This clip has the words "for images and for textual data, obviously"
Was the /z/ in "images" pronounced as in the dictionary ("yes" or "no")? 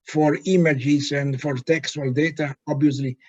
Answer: no